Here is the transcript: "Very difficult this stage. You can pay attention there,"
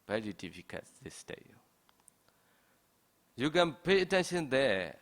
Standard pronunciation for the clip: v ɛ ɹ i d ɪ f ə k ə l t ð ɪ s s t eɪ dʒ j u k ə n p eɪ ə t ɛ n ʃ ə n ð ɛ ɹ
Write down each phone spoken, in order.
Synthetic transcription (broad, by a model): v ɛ ɹ i d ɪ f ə k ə t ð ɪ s s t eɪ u j u k ə n p eɪ ə t ɛ n ʃ ə n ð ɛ